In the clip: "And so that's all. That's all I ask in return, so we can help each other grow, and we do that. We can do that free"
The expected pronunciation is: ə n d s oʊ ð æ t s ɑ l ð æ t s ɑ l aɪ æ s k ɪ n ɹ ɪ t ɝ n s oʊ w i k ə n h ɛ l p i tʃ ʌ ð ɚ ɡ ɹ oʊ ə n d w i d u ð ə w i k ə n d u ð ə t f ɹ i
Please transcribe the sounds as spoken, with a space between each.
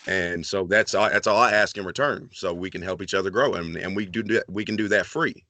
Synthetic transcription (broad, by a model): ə n s oʊ ð æ t s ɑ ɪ ð æ t s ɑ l aɪ æ s k ɪ n ɹ ɪ t ɝ n s oʊ w i k ə n h ɛ l p i tʃ ʌ ð ɚ ɡ ɹ oʊ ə n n w i d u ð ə w i k ə n d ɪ ð ə t f ɹ i